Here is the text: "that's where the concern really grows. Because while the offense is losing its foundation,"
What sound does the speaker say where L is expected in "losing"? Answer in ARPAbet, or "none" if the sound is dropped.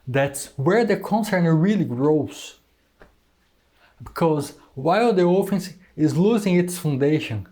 L